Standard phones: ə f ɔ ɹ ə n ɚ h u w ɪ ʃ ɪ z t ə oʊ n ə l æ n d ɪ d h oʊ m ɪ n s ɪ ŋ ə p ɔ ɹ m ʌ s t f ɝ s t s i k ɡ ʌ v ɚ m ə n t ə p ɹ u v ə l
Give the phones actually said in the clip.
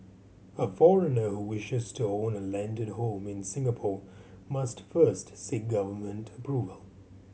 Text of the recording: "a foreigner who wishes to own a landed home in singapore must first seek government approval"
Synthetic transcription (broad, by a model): ə f ɔ ɹ ə n ɚ h u w ɪ ʃ ɪ z t ə oʊ n ə l æ n d ɪ d h oʊ m ɪ n s ɪ ŋ ə p ɔ ɹ m ʌ s t f ɝ s t s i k ɡ ʌ v ɚ m ə n t ə p ɹ u v ə l